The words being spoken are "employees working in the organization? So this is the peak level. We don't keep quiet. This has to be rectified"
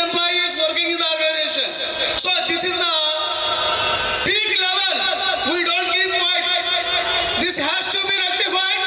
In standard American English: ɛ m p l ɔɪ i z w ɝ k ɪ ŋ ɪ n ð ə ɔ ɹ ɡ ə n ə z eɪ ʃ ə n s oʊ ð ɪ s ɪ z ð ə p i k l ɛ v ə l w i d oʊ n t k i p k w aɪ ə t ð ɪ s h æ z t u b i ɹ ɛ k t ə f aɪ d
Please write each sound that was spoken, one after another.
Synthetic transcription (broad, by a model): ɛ m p l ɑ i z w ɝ k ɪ ŋ ɪ n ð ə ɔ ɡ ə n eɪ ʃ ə n s oʊ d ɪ s ɪ z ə b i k l ɛ v ə l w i d oʊ n t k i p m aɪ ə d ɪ s h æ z t u b i ɹ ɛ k t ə f aɪ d